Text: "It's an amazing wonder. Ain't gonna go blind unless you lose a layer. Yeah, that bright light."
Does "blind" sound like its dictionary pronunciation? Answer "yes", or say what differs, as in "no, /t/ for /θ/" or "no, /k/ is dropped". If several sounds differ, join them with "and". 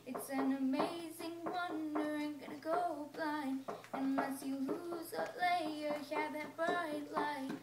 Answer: no, /d/ is dropped